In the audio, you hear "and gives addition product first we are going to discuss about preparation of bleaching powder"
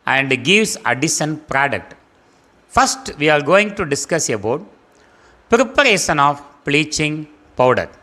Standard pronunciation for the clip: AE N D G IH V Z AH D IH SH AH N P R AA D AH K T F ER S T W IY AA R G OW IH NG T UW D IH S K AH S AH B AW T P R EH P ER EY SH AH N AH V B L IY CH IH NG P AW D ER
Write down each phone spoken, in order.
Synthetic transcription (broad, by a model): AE N D G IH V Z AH D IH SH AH N P R AA D AH K T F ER S T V IY AA R G OW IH NG T UW D IH S K AH S AH B AW T P R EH P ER EY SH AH N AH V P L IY CH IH NG P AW D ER